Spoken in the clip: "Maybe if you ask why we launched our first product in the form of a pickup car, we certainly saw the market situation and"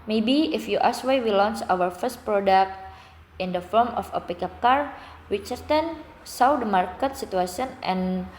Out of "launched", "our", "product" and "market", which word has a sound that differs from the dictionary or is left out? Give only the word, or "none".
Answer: launched